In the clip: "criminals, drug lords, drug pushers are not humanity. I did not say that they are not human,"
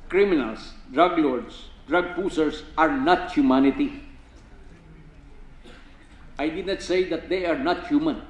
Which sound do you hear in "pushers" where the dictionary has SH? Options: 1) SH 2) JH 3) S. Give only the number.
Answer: 3